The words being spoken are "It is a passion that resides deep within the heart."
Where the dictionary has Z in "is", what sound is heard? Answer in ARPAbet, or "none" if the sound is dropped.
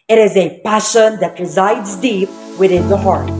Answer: Z